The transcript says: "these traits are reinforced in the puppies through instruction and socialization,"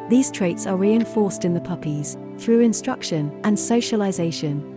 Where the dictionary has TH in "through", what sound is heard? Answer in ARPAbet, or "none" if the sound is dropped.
TH